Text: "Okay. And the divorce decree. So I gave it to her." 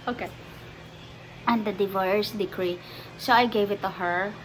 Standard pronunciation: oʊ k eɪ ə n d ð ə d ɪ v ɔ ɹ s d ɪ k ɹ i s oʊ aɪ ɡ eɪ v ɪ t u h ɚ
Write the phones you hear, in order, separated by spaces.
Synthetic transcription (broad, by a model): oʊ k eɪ ə n d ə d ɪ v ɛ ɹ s d ɪ k ɹ i s oʊ aɪ ɡ eɪ v ɪ t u h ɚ